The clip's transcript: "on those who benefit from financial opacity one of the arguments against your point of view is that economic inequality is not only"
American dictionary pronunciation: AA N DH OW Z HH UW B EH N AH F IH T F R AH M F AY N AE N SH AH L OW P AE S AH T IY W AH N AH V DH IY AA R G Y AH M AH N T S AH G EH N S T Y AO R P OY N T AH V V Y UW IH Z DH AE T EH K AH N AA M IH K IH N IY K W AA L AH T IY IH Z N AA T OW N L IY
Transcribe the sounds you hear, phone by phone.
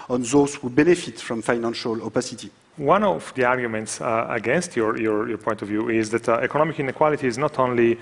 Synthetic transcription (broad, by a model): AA N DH OW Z HH UW B EH N AH F IH T F R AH M F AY N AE N SH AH L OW P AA S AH T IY W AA N AH V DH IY AA R G Y AH M AH N T S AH G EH N S T Y AO R P OY N T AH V V Y UW IH Z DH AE T EH K AH N AA M IH K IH N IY K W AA L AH T IY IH Z N AA T OW N L IY